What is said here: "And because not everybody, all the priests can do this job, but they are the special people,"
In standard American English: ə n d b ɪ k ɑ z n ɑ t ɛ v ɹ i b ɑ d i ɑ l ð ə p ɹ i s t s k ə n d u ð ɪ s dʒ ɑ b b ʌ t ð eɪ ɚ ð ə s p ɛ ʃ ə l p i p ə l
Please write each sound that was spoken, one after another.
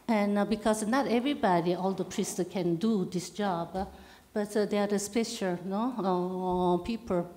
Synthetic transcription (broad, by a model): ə n b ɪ k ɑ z n ɑ t ɛ v ɹ i b ɑ d i ɑ l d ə p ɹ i s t k ə n d u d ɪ s dʒ ɑ b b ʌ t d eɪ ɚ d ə s p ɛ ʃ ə n p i p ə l